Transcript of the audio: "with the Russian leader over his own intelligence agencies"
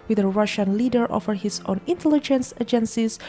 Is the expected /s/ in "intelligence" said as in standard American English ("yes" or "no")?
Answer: yes